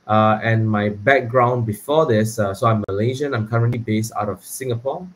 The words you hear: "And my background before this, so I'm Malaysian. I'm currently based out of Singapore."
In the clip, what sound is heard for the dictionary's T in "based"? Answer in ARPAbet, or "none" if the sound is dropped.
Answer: T